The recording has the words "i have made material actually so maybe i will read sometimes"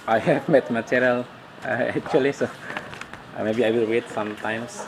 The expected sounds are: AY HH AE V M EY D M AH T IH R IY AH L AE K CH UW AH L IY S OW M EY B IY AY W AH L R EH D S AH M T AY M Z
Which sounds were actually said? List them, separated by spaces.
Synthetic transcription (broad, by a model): AY HH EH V M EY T M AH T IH R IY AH L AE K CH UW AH L IY S OW M EY B IY AY W AH L W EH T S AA M T AY M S